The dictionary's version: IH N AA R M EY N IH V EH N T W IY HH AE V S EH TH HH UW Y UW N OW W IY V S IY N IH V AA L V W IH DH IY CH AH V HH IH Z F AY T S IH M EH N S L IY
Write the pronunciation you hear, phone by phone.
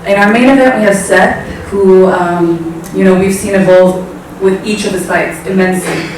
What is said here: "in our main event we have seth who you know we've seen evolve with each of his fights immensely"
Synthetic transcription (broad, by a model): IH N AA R M EY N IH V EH T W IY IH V S EH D HH UW Y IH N OW W IY V S IY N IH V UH L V W IH DH IY CH AH V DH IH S AY T S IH M EH N S L IY